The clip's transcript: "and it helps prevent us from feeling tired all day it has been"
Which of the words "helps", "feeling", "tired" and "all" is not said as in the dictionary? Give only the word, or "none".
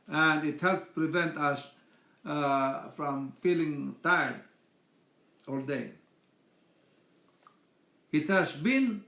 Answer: helps